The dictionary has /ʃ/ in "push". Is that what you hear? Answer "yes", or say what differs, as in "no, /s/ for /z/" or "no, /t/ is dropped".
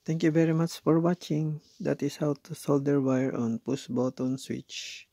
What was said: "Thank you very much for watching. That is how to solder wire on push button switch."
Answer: no, /s/ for /ʃ/